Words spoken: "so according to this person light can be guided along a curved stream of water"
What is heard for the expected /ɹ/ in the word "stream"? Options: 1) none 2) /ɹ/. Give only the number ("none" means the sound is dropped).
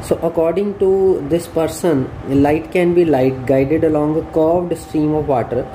2